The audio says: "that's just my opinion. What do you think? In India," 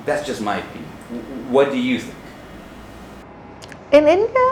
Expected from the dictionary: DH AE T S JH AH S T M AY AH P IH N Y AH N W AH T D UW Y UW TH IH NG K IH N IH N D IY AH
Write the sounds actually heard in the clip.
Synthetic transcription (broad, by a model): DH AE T S JH AH S T M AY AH IH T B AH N W AH T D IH Y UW TH IH NG K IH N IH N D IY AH